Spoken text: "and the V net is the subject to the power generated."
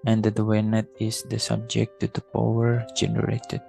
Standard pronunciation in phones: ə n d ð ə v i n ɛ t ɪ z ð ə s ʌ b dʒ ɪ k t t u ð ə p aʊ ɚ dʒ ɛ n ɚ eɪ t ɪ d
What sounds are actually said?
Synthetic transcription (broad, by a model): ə n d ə w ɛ n ɛ t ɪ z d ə s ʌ b dʒ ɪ k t t u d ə p aʊ ɚ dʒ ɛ n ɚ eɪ t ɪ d